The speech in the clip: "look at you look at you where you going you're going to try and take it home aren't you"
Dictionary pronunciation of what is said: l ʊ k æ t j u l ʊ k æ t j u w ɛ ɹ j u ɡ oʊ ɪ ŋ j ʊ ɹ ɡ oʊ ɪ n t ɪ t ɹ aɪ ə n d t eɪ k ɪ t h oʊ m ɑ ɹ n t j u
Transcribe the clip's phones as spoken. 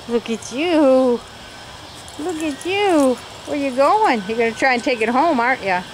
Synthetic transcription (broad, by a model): l ʊ k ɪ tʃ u l ʊ k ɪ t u w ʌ ɹ j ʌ ɡ oʊ ɪ ŋ j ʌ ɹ ɡ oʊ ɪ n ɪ t ɹ aɪ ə n t eɪ k ɪ t h oʊ m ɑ ɹ t j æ